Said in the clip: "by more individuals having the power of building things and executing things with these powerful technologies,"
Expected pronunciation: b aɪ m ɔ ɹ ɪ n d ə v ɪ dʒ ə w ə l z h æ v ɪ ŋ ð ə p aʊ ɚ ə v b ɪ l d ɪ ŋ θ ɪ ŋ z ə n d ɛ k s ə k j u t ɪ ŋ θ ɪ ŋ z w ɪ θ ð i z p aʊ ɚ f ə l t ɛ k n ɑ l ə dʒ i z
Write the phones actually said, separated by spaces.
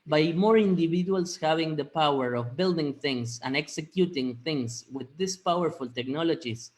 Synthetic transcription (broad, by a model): b aɪ m ɔ ɹ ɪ n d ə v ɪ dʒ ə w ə l s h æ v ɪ ŋ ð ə p aʊ ɚ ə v b ɪ l d ɪ ŋ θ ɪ ŋ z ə n ɛ k s ə k j u t ɪ ŋ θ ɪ ŋ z w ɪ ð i s p aʊ ɚ f ə l t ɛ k n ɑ l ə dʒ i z